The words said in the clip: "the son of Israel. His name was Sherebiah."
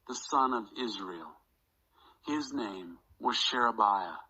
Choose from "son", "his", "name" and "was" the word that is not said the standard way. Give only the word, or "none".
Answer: none